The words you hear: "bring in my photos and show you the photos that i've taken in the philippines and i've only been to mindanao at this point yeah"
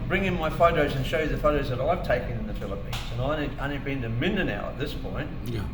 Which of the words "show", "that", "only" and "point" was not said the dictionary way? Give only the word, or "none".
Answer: only